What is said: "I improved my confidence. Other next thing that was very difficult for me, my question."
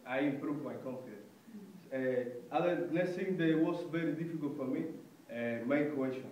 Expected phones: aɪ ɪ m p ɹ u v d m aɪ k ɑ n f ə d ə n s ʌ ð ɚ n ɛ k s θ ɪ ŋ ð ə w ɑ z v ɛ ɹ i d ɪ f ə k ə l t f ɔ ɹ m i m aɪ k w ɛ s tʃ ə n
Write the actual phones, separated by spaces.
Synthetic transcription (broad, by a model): aɪ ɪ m p ɹ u v m aɪ k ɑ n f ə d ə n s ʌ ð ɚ l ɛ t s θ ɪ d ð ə w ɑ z v ɛ ɹ i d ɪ f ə k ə l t f ɔ ɹ m i m aɪ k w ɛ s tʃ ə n